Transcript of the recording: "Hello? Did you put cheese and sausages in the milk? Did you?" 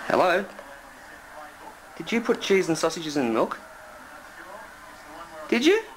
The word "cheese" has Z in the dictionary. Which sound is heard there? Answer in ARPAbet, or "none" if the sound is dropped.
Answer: Z